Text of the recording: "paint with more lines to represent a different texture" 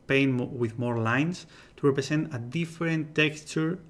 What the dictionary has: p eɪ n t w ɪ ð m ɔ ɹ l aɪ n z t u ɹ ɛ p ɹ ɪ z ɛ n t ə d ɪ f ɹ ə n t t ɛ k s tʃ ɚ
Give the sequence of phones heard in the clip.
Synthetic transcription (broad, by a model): p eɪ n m w ɪ ð m ɔ ɹ l aɪ n s t u ɹ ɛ p ɹ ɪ s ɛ n t ə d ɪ f ɹ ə n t t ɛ k s tʃ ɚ